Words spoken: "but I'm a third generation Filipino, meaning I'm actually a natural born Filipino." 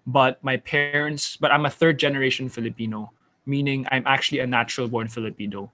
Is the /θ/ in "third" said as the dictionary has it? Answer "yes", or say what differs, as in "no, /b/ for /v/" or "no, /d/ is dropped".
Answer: yes